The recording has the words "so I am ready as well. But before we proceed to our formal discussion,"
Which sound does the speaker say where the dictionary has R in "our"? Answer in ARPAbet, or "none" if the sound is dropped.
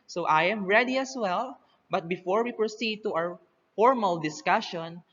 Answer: W